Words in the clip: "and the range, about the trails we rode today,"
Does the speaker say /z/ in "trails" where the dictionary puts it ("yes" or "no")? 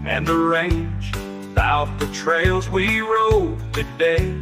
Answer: yes